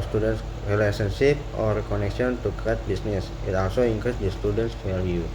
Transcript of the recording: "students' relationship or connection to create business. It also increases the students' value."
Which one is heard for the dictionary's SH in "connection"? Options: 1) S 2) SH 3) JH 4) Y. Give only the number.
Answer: 1